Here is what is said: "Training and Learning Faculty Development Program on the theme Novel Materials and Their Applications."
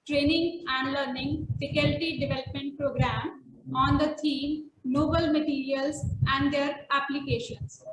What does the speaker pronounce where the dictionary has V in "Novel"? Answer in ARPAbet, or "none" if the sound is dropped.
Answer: B